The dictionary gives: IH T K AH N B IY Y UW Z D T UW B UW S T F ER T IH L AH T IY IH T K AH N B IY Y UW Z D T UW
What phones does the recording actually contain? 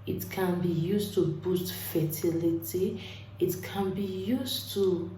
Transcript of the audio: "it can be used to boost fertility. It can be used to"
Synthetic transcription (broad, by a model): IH T K AH N B IY Y UW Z T UW B UW S T F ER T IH L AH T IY IH T K AH N B IY Y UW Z T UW